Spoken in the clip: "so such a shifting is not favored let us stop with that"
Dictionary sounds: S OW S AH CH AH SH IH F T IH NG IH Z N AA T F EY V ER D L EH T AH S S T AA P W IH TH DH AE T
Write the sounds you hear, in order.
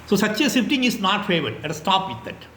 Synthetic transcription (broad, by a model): S OW S AH CH AH S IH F T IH NG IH S N AA T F EY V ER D L EH T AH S S T AA P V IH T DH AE T